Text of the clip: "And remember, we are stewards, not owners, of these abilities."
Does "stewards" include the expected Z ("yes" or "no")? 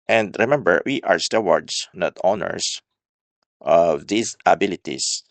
no